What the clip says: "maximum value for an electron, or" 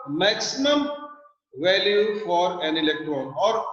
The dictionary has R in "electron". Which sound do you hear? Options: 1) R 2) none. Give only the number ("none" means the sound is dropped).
1